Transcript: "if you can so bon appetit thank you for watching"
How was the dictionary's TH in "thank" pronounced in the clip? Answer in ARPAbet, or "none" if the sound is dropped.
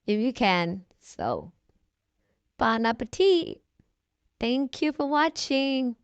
TH